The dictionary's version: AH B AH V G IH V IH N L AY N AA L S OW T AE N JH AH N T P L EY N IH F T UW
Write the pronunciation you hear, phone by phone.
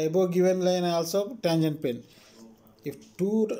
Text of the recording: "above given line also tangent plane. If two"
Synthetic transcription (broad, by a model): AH B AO G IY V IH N L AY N AA L S OW T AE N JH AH N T P EY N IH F T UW